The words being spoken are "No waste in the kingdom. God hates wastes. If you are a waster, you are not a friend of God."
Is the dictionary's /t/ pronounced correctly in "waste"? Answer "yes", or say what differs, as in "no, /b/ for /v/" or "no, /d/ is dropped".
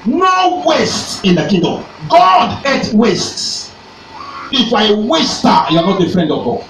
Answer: yes